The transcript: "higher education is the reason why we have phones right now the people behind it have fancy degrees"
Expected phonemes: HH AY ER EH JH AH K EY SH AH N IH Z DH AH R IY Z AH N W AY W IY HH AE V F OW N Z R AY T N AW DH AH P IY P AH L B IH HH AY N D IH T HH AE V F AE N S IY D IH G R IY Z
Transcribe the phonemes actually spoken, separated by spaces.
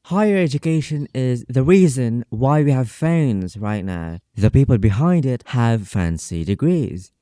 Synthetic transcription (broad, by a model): HH AY ER EH JH AH K EY SH AH N IH Z DH AH R IY Z AH N W AY W IY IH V F OW N Z R AY T N AW DH AH P IY P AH L B IH HH AY N D IH T HH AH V F AE N S IY D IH G R IY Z